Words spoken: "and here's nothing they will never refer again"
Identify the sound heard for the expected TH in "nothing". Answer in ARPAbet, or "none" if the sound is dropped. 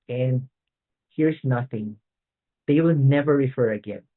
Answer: TH